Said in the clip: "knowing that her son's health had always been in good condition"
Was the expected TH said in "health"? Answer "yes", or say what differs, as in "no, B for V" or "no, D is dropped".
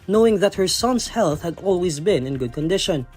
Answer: yes